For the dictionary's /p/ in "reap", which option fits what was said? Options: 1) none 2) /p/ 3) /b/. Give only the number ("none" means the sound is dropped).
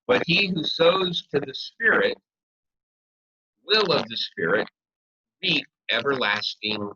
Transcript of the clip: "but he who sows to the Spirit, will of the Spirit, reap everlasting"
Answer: 1